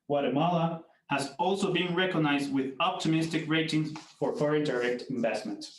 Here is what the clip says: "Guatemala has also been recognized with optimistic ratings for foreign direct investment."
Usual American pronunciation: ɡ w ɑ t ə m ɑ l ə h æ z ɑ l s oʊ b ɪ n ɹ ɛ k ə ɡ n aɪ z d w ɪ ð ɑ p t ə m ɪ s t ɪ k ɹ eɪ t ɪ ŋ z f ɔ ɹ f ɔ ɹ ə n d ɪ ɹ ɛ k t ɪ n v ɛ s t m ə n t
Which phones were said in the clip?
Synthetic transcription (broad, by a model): w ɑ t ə m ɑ l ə h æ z ɑ l s oʊ b ɪ n ɹ ɛ k ə ɡ n aɪ z d w ɪ ð ɑ p t ə m ɪ s t ɪ k ɹ eɪ t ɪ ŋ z f ɔ ɹ f ɔ ɹ ə n d ɪ ɹ ɛ k t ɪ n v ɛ s t m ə n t